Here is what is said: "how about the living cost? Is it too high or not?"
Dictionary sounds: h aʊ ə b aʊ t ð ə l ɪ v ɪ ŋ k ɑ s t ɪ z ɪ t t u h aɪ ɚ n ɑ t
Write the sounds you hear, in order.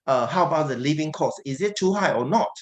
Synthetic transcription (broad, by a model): h aʊ ə b aʊ t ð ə l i v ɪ ŋ k ɑ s ɪ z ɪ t t u h aɪ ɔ n ɑ t